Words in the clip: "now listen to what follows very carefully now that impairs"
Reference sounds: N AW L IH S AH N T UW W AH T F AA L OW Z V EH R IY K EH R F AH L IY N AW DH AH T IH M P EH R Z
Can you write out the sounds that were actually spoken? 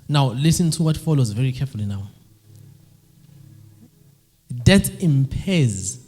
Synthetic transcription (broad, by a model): N AW L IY S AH N T UW W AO T F AA L OW Z V EH R IY K EH F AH L IY N AW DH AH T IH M P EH Z